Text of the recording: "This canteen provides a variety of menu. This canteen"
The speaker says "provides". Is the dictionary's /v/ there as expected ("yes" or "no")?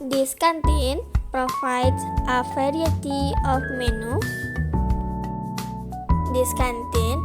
no